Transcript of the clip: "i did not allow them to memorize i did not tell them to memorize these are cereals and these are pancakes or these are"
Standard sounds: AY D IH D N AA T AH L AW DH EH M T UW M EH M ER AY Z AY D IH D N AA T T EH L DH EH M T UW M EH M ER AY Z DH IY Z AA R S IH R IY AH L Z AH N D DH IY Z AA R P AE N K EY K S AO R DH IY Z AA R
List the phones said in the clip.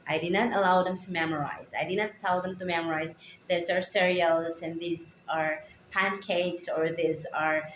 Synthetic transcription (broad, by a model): AY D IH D N AA T AH L AW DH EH M T UW M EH M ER AY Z AY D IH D N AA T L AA W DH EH M T UW M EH M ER AY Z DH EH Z AA R S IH R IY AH L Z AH N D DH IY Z AA R P AE N K EY K S AO R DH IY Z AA R